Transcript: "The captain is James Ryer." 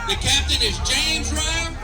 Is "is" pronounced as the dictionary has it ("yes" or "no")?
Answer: yes